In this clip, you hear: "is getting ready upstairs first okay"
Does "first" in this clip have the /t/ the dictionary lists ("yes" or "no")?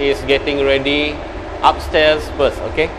no